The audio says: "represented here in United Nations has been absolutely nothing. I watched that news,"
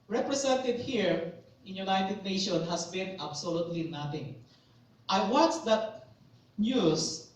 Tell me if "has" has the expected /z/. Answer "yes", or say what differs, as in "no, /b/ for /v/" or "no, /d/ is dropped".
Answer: no, /s/ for /z/